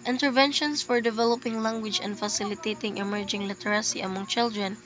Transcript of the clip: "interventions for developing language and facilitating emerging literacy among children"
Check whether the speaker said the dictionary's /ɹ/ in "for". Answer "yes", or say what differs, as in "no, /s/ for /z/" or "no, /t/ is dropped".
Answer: yes